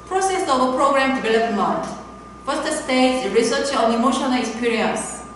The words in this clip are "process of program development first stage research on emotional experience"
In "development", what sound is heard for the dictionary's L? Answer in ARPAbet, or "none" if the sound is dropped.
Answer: L